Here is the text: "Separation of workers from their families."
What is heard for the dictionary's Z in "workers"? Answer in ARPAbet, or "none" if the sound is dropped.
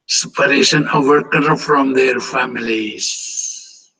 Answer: none